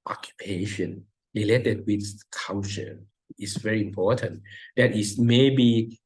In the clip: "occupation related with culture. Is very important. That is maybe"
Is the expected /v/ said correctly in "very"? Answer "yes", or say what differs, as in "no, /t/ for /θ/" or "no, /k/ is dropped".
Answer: yes